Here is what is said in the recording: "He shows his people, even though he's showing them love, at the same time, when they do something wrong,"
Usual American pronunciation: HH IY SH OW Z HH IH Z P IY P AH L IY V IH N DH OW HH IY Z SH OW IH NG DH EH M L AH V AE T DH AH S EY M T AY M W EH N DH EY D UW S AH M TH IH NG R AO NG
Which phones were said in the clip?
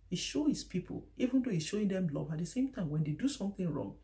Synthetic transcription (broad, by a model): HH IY SH OW HH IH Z P IY P AH L IY V IH N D OW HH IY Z SH OW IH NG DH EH M L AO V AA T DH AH S EY M T AY M W EH N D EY D UW S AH M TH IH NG R AO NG